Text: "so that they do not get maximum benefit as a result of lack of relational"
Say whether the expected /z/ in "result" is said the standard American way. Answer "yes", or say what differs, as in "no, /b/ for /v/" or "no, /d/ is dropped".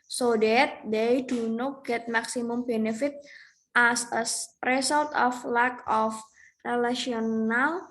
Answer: no, /s/ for /z/